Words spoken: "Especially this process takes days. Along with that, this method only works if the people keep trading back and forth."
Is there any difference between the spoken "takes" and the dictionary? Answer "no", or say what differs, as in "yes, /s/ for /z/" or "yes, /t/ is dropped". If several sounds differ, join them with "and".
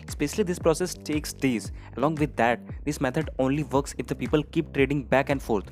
no